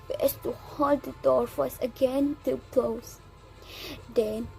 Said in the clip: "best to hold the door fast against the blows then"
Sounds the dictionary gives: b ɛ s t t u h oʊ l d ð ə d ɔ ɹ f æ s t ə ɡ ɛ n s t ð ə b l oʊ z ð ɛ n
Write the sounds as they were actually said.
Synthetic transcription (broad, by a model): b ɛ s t t u h oʊ l d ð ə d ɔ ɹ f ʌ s ə ɡ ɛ n t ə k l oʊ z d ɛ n